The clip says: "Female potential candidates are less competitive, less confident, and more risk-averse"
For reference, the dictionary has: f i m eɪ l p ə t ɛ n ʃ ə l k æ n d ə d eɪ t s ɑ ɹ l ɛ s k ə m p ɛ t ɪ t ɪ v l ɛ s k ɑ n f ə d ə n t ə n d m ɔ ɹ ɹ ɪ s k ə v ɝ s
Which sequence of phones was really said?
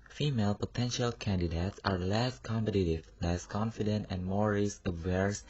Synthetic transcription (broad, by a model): f i m eɪ l p ə t ɛ n ʃ ə l k æ n d ə d eɪ t s ɑ ɹ l ɛ s k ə m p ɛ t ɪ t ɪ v l ɛ s k ɑ n f ə d ə n t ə n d m ɔ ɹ ɹ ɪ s ə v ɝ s